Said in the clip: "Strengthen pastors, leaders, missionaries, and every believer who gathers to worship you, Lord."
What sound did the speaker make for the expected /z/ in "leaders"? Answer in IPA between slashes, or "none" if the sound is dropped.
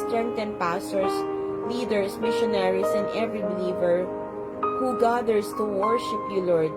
/s/